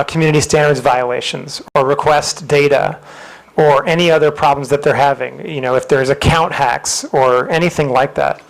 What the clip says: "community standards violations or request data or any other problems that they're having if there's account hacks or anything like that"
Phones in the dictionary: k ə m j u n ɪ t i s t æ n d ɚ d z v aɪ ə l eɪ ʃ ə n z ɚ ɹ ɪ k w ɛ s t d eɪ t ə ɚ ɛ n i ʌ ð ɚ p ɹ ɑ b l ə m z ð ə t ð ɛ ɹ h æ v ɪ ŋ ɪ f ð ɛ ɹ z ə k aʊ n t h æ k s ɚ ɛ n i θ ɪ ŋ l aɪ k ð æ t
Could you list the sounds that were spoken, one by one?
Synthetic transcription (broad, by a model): k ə m j u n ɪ t i s t æ n d ɚ d z v aɪ ə l eɪ ʃ ə n z ɚ ɹ ɪ k w ɛ s t d eɪ t ə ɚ ɛ n i ʌ ð ɚ p ɹ ɑ b l ə m z ð ə t ð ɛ ɹ h æ v ɪ ŋ ɪ f ð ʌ ɹ z ə k aʊ n t h æ k s ɚ ɛ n i θ ɪ ŋ l aɪ k ð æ t